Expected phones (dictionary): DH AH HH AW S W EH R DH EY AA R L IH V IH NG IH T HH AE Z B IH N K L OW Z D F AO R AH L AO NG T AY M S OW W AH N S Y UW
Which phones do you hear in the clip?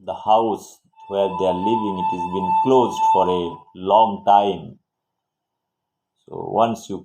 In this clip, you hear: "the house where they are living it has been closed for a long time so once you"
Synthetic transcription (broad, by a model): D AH HH AW S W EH R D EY AA R L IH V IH NG IH T HH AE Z B IH N K L OW Z D F AO R AH L AO NG T AY M S OW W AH N S Y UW